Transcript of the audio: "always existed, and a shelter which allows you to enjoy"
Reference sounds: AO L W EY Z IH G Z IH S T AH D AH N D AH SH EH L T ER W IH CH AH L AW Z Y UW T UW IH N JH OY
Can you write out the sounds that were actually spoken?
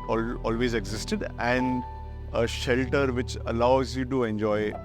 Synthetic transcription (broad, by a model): AO L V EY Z IH G Z IH S T AH D AH N D AH SH EH L T ER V IH CH AH L AW Z Y UW T UW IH N JH OY